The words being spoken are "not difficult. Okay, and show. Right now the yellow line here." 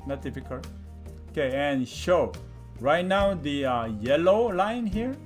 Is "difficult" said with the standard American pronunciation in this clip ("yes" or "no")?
no